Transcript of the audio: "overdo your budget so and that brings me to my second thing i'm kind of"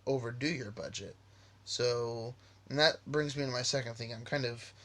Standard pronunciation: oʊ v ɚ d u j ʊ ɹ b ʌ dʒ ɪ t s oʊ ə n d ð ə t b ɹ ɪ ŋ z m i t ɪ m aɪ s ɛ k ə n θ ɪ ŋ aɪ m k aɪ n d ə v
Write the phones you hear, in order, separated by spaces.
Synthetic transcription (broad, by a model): oʊ v ɚ d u j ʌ ɹ b ʌ dʒ ɪ t s oʊ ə n ð ə t b ɹ ɪ ŋ z m i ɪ m aɪ s ɛ k ə n θ ɪ ŋ aɪ m k aɪ n d ə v